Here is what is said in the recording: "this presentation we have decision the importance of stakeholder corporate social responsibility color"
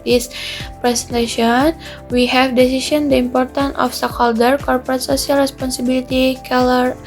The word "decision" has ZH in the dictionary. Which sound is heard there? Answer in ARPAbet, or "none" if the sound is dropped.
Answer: S